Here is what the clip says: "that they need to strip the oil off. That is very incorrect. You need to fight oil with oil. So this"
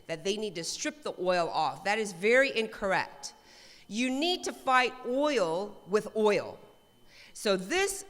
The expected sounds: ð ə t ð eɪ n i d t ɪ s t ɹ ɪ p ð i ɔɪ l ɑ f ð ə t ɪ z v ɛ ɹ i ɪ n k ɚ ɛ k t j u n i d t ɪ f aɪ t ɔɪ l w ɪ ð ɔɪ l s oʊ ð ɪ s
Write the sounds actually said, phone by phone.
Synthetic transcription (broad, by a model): ð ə t ð eɪ n i d t ɪ s t ɹ ɪ p ð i ɔɪ l ɑ f ð ə t ɪ z v ɛ ɹ i ɪ n k ɚ ɛ k t j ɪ n i d t ɪ f aɪ t ɔɪ l w ɪ ð ɔɪ l s oʊ ð ɪ s